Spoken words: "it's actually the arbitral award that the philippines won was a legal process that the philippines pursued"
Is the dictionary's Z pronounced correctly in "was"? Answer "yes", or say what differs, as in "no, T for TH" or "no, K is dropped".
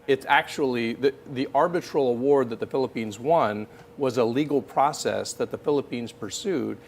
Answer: yes